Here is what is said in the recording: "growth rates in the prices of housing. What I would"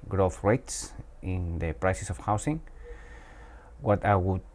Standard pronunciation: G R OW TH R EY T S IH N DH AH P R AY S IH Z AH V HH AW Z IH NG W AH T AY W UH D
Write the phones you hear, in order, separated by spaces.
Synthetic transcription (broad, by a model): G R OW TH R EY T S IH N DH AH P R AY S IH S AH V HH AW S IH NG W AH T AY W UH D